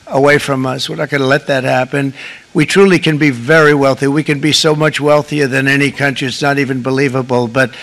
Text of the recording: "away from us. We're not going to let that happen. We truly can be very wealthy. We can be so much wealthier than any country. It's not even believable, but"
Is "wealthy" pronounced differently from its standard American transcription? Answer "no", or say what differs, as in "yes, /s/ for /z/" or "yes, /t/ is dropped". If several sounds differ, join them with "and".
no